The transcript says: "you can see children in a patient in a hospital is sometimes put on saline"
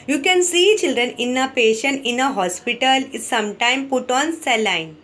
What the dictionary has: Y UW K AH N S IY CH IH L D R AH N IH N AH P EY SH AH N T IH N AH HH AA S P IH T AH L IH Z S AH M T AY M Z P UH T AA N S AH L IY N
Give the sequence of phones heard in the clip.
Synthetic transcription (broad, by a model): Y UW K AH N S IY CH IH L D R AH N IH N AH P EY SH AH N T IH N AH HH AA S P IH T AH L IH S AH M T AY M P UH T AA N S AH L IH N